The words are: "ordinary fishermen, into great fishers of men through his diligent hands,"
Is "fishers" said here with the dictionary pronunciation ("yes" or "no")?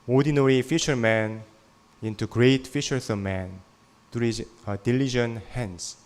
no